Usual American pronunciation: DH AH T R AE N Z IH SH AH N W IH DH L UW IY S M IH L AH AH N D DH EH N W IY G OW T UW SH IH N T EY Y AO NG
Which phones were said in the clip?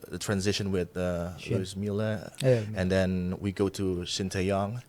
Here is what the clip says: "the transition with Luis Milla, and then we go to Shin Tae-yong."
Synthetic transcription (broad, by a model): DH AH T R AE N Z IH SH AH N W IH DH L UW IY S M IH L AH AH N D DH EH N W IY G OW T UW S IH N T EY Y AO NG